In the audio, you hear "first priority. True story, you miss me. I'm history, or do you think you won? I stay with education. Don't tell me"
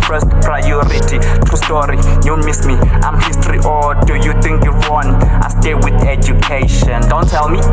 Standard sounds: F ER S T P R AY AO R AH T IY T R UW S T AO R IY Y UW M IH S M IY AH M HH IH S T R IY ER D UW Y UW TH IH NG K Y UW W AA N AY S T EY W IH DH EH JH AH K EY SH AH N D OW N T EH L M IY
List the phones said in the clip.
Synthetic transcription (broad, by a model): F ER S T P R AY AO R AH T IY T UW S T AO R IY Y UW M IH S M IY AH M HH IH S T R IY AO D UW Y UW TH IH NG K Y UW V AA N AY S T EY W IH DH EH JH AH K EY SH AH N D OW N T EH L M IY